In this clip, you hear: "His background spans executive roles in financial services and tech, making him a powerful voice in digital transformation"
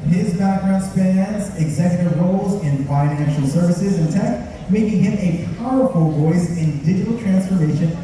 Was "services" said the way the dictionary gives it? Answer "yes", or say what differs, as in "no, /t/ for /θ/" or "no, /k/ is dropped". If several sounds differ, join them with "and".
yes